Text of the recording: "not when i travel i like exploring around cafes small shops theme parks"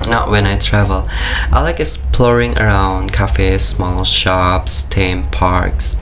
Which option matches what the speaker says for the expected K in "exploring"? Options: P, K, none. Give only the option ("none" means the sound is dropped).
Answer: none